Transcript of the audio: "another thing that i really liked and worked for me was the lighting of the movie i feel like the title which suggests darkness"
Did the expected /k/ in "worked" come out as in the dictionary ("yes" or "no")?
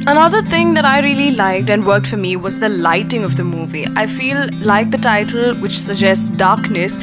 yes